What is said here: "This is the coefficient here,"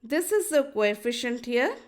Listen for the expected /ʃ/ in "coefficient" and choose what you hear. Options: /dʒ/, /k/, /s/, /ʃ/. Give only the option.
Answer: /ʃ/